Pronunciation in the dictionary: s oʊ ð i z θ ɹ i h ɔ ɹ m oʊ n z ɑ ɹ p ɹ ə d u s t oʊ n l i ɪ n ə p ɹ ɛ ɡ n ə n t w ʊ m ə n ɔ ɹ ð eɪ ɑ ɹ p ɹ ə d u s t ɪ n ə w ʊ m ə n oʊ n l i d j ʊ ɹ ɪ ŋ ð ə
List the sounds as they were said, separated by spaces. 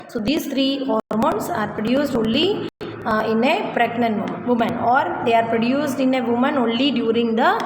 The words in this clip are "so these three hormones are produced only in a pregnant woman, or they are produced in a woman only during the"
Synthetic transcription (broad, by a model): s oʊ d i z t ɹ i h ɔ ɹ m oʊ n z ɑ ɹ p ɹ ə d u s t oʊ n l i ɪ n ə p ɹ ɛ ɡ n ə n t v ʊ m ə n ɔ ɹ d eɪ ɑ ɹ p ɹ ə d u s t ɪ n ə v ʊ m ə n oʊ n l i d j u ɹ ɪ ŋ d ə